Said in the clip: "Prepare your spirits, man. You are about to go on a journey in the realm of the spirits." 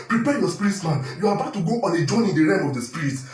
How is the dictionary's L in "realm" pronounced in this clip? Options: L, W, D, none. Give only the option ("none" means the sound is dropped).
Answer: none